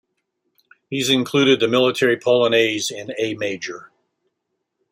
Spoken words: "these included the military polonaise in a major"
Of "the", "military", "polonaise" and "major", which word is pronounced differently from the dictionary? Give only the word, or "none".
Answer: none